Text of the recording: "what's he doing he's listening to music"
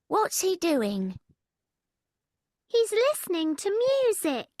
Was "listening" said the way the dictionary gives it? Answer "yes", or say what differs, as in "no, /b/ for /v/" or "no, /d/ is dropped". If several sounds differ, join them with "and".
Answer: yes